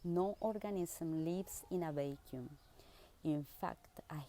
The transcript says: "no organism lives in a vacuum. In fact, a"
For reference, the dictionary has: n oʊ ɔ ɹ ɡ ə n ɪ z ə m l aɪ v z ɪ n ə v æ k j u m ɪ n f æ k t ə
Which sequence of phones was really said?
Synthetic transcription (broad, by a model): n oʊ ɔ ɹ ɡ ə n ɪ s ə m l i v s ɪ n ə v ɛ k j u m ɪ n f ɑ k t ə